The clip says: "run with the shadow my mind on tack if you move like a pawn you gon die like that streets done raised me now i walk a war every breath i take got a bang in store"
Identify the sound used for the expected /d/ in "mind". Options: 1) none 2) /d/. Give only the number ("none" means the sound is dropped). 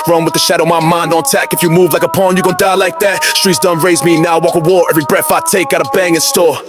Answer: 2